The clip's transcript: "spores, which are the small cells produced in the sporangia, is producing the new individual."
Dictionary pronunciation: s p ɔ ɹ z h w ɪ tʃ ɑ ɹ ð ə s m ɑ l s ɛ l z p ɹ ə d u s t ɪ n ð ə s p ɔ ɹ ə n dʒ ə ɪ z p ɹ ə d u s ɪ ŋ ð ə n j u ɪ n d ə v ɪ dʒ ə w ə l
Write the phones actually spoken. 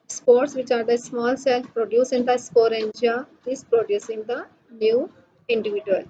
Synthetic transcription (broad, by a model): s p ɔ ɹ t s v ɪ tʃ ɑ ɹ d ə s m ɑ l s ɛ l p ɹ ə d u s ɪ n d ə s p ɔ ɹ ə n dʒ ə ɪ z p ɹ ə d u s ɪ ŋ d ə n j u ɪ n d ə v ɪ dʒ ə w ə l